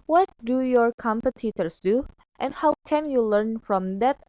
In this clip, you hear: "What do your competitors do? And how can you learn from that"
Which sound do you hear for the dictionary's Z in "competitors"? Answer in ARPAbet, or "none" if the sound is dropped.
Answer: S